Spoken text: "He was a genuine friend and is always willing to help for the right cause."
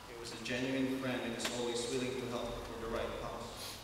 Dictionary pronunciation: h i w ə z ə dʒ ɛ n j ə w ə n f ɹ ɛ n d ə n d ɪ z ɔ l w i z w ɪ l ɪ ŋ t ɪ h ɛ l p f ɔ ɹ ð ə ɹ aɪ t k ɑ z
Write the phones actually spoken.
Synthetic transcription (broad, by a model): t w ə z ə dʒ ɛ n j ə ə n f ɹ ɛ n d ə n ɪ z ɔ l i s w ɪ l ɪ ŋ t ɪ h ɛ l p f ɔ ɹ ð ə ɹ aɪ t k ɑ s